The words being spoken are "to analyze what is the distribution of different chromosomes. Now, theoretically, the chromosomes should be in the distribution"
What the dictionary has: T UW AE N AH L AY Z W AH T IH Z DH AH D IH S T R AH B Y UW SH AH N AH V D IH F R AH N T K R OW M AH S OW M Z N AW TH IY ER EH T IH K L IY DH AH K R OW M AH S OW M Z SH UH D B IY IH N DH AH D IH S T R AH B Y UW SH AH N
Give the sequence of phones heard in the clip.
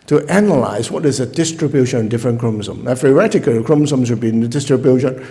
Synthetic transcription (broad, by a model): T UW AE N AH L AY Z W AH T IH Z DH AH D IH S T R AH B Y UW SH AH N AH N D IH F R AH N K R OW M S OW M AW F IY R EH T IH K IY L K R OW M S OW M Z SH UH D B IY IH N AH D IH S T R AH B Y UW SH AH N